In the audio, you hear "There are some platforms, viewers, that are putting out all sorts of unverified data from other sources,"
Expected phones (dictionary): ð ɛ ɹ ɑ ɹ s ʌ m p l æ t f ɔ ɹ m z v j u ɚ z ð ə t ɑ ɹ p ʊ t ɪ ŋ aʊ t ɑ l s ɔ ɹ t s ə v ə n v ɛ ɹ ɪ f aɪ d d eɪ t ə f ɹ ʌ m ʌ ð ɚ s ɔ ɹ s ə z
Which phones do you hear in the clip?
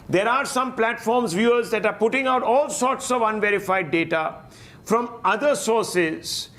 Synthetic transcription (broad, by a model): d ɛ ɹ ɑ ɹ s ʌ m p l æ t f ɔ ɹ m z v j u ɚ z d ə t ɑ ɹ p ʊ t ɪ ŋ aʊ t ɑ l s ɔ ɹ t s ə v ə n v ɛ ɹ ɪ f aɪ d d eɪ t ə f ɹ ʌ m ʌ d ɚ s ɔ ɹ s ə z